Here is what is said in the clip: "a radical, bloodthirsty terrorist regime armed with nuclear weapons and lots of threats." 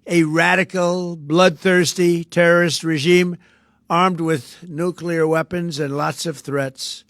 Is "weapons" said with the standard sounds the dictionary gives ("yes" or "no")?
yes